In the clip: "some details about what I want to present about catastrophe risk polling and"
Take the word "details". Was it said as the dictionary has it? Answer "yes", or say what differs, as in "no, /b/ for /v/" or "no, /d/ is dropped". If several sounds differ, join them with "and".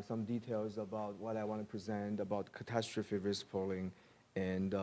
yes